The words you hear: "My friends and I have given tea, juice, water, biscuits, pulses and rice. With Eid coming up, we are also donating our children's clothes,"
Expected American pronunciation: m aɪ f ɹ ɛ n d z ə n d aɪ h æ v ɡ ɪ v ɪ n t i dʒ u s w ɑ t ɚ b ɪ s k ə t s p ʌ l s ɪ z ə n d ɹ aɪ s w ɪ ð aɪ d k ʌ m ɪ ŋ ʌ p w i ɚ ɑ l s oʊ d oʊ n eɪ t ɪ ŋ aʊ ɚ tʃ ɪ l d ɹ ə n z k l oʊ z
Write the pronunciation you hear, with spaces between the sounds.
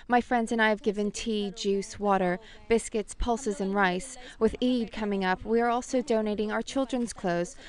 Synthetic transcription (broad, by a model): m aɪ f ɹ ɛ n d z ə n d aɪ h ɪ v ɡ ɪ v ɪ n t i dʒ u s w ɑ t ɚ b ɪ s k ə t s p ʌ l s ɪ z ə n ɹ aɪ s w ɪ ð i d k ʌ m ɪ ŋ ʌ p w i ɚ ɑ l s oʊ d oʊ n eɪ t ɪ ŋ aʊ ɚ tʃ ɪ l d ɹ ə n z k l oʊ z